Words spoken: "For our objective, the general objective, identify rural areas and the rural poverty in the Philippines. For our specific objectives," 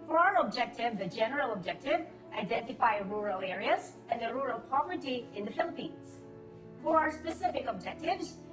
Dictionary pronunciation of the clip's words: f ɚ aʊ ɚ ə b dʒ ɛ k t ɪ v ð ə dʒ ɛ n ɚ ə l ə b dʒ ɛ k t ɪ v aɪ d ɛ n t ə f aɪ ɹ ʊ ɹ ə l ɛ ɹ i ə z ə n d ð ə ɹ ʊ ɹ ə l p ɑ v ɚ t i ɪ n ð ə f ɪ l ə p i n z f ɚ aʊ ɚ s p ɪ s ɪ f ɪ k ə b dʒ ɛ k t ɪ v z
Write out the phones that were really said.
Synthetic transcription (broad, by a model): f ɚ aʊ ɚ ə b dʒ ɛ k t ɪ v ð ə dʒ ɛ n ɚ ə l ə b dʒ ɛ k t ɪ v aɪ d ɛ n t ə f aɪ ɹ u ɹ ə l ɛ ɹ i ə z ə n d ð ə ɹ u ɹ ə l p ɑ v ɚ t i ɪ n ð ə f ɪ l ə p i n z f ɚ aʊ ɚ s p ɪ s ɪ f ɪ k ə b dʒ ɛ k t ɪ v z